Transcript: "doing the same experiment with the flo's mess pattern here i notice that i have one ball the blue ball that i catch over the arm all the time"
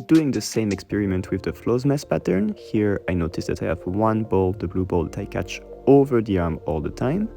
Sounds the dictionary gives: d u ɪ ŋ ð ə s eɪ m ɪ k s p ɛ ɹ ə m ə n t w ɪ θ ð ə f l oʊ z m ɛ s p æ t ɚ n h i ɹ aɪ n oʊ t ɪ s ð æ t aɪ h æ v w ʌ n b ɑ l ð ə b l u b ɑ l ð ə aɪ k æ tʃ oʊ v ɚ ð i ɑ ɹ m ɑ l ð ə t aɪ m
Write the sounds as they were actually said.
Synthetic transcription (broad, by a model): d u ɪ ŋ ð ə s eɪ m ɪ k s p ɛ ɹ ə m ə n t w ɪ ð ə f l oʊ z m ɛ s p æ t ɚ n h i ɹ aɪ n oʊ t ɪ s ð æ t aɪ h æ v w ʌ n b ɑ l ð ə b l u b ɑ l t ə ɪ k æ tʃ oʊ v ɚ ð i ɑ ɹ m ɑ l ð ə t aɪ m